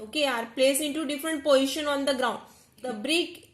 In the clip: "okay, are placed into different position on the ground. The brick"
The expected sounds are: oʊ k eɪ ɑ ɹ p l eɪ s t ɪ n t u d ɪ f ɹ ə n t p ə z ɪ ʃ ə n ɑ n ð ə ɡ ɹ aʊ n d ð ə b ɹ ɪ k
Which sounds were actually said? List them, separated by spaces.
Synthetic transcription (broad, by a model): oʊ k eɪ ɑ ɹ p l eɪ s ɪ n t u d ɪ f ɹ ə n t p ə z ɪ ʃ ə n ɑ n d ə ɡ ɹ aʊ n d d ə b ɹ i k